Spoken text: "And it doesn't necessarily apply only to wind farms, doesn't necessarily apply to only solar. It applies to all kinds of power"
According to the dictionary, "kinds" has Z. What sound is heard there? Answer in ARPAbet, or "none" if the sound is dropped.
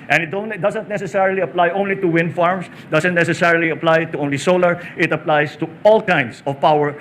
S